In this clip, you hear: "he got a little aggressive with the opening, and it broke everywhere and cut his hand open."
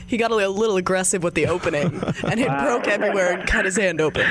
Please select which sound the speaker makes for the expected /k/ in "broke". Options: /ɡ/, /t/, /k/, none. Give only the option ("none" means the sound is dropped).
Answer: /k/